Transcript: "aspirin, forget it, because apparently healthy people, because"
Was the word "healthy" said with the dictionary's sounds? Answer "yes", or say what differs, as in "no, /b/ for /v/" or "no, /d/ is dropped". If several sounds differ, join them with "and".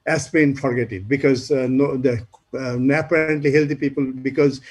no, /t/ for /θ/